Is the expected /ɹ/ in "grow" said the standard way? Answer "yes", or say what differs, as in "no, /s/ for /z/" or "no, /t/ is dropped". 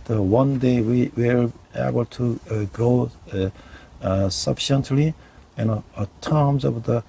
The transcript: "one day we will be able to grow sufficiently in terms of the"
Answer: no, /ɹ/ is dropped